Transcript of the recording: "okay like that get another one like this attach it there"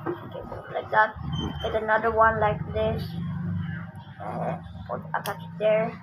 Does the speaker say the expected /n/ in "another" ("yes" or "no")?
yes